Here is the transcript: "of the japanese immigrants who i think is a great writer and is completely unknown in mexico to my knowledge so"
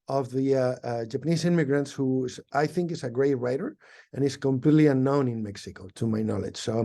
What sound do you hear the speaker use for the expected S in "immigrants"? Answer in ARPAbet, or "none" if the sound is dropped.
S